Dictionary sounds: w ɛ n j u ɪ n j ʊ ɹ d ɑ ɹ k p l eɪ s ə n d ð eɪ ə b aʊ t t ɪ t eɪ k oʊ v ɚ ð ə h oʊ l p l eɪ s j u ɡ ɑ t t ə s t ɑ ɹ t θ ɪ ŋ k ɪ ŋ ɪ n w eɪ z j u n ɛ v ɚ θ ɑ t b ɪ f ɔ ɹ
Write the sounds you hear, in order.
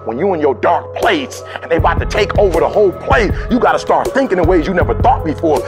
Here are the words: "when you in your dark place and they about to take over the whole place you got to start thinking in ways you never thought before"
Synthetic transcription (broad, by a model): w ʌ n j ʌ ɪ n j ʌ ɹ d ɑ ɹ k p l eɪ s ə n ð eɪ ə aʊ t t ɪ t eɪ k oʊ v ɚ ð ə h oʊ l p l eɪ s j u ɡ ɑ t t ə s t ɑ ɹ t θ ɪ ŋ k ɪ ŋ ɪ w eɪ z j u n ɛ v ɚ θ ɑ t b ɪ f ɔ ɹ